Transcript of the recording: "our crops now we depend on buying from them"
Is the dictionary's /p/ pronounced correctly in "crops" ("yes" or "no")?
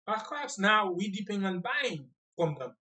no